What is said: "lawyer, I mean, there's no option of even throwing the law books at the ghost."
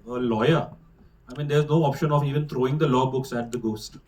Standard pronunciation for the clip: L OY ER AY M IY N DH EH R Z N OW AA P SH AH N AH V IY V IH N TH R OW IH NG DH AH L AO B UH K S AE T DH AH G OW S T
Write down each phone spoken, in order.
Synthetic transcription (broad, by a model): L OY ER AY M IY N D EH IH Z N OW AA P SH AH N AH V IY V IH N T R OW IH NG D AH L AO B UH K S AE T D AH G OW S T